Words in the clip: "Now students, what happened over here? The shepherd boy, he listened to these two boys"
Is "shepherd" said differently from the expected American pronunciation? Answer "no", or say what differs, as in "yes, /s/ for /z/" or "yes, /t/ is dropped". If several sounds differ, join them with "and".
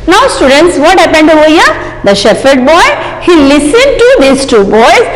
yes, /f/ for /p/